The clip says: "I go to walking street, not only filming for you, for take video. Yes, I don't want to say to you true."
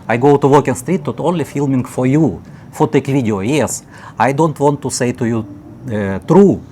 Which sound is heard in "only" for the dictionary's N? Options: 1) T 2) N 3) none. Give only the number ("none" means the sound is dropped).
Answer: 2